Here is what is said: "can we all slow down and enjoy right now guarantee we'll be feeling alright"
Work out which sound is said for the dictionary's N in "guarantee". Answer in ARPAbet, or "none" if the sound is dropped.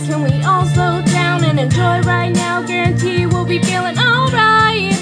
N